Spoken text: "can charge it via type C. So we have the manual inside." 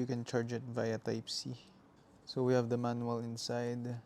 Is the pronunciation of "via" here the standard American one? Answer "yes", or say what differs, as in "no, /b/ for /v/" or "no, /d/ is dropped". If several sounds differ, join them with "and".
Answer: yes